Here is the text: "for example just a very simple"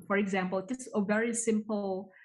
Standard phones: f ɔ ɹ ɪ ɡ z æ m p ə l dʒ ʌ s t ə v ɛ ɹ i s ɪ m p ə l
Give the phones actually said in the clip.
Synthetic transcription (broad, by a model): f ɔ ɹ ɪ ɡ z æ m p ə l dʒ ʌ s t ə v ɛ ɹ i s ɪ m p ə l